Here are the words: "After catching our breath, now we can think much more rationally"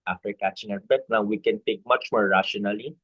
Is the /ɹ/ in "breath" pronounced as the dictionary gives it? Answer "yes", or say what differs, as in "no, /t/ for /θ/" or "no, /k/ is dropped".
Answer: no, /ɹ/ is dropped